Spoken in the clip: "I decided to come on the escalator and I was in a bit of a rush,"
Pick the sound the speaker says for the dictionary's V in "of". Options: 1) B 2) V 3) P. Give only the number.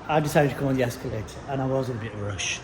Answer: 2